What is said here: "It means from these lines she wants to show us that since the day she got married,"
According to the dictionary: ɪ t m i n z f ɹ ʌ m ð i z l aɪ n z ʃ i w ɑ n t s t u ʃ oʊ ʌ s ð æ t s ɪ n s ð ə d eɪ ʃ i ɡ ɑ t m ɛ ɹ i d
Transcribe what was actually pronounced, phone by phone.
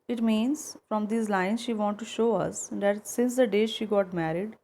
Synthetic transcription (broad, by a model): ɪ t m i n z f ɹ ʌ m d i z l aɪ n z ʃ i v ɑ n t t u ʃ oʊ ʌ s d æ t s ɪ n s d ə d eɪ ʃ i ɡ ɑ t m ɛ ɹ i d